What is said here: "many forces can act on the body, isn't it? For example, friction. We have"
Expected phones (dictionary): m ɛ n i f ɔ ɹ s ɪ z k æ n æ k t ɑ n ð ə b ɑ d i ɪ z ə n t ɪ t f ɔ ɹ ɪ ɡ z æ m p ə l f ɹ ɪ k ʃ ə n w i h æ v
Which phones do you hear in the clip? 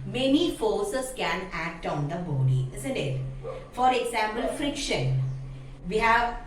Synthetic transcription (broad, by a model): m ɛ n i f ɔ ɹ s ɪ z k æ n æ k t ɑ n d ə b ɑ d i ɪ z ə n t ɪ t f ɔ ɹ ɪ ɡ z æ m p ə l f ɹ ɪ k ʃ ə n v i h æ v